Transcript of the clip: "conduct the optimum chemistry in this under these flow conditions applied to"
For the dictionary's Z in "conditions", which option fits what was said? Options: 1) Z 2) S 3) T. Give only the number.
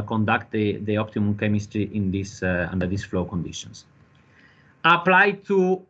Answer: 2